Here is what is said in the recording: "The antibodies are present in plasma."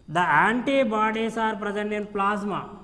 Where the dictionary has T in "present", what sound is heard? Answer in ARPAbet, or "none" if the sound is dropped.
none